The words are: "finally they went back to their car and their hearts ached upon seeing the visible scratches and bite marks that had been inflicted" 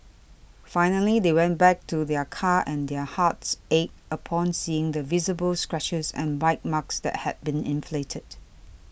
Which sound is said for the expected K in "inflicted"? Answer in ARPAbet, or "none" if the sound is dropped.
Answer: none